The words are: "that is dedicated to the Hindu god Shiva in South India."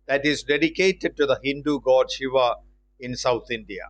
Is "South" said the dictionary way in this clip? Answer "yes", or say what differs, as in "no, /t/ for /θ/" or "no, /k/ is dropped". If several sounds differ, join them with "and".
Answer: no, /t/ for /θ/